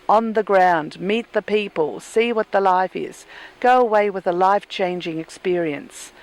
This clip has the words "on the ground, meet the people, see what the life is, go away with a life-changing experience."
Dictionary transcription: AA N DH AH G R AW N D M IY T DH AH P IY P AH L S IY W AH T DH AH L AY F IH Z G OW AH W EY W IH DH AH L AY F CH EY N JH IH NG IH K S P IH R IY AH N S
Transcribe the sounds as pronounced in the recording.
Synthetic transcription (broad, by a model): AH N DH AH G R AW N D M IY T DH AH P IY P AH L S IY W AH T DH AH L AY F IH Z G OW AH W EY W IH DH AH L AY F CH EY N JH IH NG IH K S P IH R IY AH N S